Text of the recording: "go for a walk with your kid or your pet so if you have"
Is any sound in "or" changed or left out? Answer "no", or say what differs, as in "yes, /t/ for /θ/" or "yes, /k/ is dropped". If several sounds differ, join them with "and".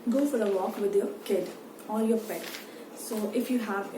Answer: yes, /l/ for /ɹ/